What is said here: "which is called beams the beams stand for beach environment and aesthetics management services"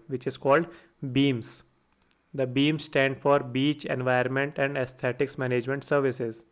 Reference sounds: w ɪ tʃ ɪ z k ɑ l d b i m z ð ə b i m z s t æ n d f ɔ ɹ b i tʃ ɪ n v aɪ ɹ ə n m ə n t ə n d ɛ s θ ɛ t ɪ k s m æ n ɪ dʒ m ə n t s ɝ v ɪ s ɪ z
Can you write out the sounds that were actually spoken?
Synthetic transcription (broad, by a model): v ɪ tʃ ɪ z k ɑ l d b i m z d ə b i m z s t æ n d f ɔ ɹ b i tʃ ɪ n v aɪ ə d m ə n t ə n d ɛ s t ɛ t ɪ k s m æ n ɪ dʒ m ə n t s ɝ v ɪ s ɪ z